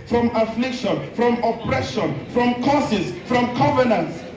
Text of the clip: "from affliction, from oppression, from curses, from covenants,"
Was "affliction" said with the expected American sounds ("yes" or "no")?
yes